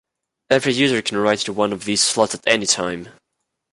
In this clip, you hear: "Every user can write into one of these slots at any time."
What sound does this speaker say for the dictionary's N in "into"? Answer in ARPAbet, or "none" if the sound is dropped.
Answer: none